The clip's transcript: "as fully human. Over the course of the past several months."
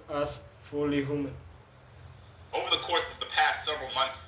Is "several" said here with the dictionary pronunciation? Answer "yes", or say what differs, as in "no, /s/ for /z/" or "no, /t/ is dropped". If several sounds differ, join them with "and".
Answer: yes